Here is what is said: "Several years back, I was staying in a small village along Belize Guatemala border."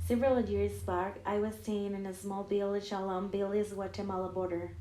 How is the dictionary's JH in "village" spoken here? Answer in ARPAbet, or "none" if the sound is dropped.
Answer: SH